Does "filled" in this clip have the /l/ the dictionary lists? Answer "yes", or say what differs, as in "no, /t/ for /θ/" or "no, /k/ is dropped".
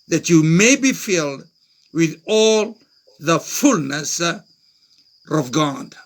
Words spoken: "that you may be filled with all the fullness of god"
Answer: yes